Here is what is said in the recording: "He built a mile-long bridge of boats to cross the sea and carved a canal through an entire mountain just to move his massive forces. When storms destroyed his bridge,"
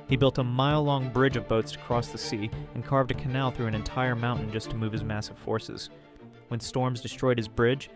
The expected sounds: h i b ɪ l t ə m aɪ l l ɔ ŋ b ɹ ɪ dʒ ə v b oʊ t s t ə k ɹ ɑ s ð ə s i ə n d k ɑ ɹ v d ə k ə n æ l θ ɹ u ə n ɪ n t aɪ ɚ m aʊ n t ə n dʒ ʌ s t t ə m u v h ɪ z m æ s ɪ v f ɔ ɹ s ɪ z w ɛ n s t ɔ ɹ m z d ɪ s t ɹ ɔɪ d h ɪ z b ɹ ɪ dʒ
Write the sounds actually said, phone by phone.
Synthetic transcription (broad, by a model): h i b ɪ l t ə m aɪ l l ɔ ŋ b ɹ ɪ dʒ ə v b oʊ t s t ə k ɹ ɑ s ð ə s i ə n k ɑ ɹ v d ə k ə n æ l θ ɹ u ə n ɪ n t aɪ ɚ m aʊ n n dʒ ʌ s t t ə m u v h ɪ z m æ s ɪ v f ɔ ɹ s ɪ z w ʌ n s t ɔ ɹ m z d ɪ s t ɹ ɔɪ d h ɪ z b ɹ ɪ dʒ